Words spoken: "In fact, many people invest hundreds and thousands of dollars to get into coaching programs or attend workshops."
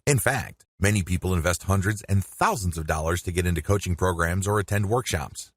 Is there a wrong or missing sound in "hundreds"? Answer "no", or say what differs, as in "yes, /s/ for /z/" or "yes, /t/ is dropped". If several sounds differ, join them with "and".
no